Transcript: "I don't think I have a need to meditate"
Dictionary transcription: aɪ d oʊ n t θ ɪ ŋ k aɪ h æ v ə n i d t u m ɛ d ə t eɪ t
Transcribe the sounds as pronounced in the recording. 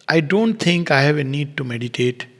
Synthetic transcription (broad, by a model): aɪ d oʊ n t t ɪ ŋ k aɪ h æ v ə n i d t u m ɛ d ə t eɪ t